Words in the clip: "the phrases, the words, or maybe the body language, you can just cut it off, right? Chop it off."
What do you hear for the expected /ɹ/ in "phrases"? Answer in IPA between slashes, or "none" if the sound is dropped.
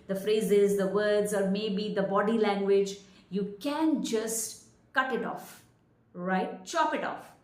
/ɹ/